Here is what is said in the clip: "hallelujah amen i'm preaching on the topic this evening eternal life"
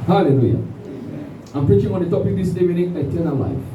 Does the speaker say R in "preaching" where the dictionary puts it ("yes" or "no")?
yes